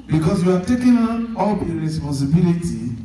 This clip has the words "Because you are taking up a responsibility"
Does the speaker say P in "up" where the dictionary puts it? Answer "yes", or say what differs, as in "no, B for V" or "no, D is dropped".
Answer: no, B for P